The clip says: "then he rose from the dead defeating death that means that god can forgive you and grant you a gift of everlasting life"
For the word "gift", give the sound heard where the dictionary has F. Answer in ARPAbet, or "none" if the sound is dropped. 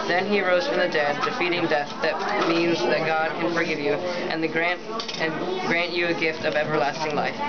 F